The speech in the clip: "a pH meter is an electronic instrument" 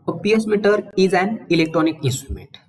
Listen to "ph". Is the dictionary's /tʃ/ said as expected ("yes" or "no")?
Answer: no